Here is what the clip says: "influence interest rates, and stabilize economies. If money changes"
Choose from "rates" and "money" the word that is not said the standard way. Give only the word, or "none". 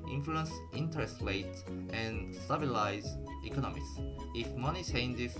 rates